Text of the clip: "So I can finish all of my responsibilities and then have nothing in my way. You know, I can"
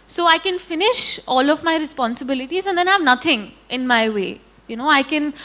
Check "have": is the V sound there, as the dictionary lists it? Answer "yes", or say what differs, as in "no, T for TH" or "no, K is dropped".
yes